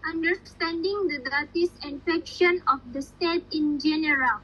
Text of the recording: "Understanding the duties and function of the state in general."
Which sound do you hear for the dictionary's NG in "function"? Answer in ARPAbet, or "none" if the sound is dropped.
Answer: none